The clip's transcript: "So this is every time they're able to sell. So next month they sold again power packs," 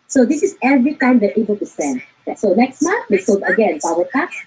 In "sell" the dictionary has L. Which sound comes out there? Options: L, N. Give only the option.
N